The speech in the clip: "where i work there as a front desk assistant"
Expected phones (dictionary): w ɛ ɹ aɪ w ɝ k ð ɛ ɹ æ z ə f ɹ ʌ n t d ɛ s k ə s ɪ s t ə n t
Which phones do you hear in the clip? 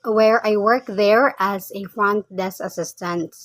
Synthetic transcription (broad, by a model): w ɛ ɹ aɪ w ɝ k ð ɛ ɹ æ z ə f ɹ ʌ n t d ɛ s ə s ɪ s t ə n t